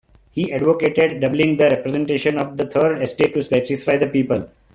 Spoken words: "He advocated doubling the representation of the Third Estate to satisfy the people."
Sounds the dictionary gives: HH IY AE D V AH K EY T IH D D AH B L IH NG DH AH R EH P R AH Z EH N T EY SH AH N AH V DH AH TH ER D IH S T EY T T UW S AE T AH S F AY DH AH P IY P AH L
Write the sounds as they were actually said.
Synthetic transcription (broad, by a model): HH IY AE D V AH K EY T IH D D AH B L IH NG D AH R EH P R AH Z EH N T EY SH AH N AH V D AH T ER D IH S T EY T T UW S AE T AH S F AY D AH P IY P AH L